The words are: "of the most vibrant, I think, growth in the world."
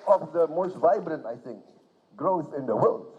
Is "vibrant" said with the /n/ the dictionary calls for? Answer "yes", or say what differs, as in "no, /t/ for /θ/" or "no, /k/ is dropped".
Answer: yes